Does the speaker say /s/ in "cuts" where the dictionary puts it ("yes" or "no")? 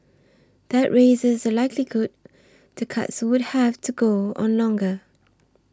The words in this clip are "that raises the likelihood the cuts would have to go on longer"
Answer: yes